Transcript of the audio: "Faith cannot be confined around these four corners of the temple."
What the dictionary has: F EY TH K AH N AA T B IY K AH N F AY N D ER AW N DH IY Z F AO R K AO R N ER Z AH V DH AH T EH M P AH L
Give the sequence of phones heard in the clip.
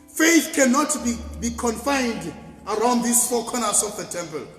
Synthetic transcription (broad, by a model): F EY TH K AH N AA T B IY K AH N F AY N D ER AW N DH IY S F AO K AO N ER S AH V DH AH T EH M P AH L